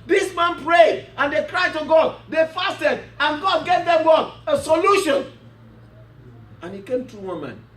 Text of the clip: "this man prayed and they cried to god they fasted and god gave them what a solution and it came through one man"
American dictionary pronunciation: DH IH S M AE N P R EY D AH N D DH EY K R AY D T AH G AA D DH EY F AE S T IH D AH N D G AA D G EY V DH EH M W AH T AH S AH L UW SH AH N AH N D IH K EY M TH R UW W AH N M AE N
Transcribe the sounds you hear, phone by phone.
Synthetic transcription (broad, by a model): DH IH S M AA N P R EY D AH N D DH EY K R AY T AH G AA D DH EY F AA S T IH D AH N G AA D G EY V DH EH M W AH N AH S AH L UW SH AH N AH N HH IH K EY M T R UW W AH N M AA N